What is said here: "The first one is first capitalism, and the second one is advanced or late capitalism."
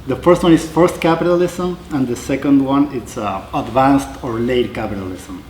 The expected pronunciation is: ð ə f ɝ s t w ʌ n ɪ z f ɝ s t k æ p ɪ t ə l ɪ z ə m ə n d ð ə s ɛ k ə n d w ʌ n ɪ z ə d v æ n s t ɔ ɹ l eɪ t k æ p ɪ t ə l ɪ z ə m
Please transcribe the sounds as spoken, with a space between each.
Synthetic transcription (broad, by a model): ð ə f ɝ s t w ʌ n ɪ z f ɝ s t k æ p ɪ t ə l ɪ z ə m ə n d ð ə s ɛ k ə n d w ʌ n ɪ s ə d v æ n s t ɔ ɹ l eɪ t k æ p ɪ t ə l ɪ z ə m